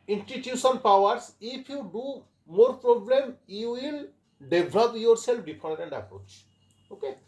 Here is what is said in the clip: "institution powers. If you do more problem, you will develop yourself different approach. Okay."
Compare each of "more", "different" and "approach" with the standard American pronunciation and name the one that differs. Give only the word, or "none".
different